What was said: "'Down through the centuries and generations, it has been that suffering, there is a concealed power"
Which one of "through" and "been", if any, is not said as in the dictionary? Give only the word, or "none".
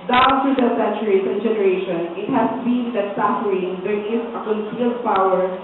through